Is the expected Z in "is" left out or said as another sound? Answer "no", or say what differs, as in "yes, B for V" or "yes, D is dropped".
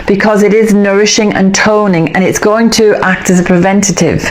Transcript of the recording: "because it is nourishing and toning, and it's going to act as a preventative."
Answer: no